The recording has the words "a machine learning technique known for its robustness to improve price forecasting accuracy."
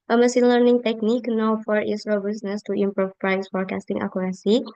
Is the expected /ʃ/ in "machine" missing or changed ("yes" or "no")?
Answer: yes